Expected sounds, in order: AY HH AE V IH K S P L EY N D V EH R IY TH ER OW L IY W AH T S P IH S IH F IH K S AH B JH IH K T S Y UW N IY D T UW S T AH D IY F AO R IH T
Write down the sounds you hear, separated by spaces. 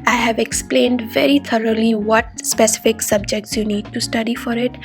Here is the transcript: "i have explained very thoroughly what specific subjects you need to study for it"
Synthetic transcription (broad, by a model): AY HH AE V IH K S P L EY N D V EH R IY T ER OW L IY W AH T S P IH S IH F IH K S AH B JH IH K T S Y UW N IY D T UW S T AH D IY F AO R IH T